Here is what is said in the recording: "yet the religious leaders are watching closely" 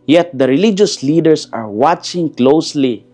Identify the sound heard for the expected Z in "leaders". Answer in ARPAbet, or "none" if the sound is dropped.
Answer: S